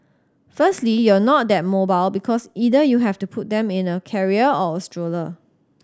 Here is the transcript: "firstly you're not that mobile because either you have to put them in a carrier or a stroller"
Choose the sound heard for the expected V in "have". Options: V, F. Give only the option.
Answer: F